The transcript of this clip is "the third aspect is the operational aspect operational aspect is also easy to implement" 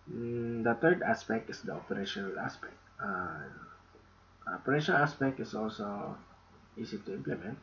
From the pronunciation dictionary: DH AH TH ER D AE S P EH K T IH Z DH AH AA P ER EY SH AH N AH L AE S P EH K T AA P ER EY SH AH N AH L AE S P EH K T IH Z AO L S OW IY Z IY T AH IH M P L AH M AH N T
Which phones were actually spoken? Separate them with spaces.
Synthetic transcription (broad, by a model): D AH T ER D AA S P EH K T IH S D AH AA P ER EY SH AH N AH L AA S P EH K T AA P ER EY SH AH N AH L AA S P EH K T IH S AO L S OW IY S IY T AH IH M P L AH M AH N T